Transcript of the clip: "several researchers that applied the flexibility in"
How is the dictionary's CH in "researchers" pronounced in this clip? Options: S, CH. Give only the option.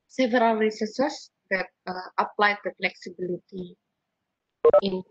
S